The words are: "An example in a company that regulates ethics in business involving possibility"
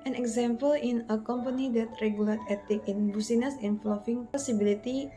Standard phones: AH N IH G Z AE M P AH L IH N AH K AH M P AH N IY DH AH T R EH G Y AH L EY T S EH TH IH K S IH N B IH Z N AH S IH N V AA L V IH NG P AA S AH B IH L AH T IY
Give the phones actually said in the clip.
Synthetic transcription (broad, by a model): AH N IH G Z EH M P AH L IH N AH K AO M P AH N IY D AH T R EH G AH L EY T EH T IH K IH N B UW S N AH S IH N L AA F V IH NG P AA S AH B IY L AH T IY